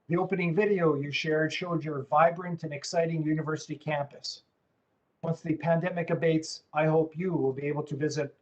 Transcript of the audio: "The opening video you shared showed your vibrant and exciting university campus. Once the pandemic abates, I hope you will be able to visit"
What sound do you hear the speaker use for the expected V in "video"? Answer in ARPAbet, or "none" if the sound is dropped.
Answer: V